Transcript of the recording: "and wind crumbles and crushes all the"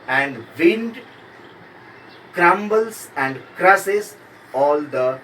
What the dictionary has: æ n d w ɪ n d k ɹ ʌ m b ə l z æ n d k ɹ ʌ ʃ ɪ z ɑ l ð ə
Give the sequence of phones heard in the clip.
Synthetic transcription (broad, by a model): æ n d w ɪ n d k ɹ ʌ m b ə l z æ n d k ɹ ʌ s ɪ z ɑ l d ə